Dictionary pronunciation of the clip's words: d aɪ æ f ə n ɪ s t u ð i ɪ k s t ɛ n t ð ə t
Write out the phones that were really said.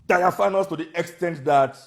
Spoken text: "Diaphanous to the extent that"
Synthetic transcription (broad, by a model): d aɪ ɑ f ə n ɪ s t u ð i ɪ k s t ɛ n t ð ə t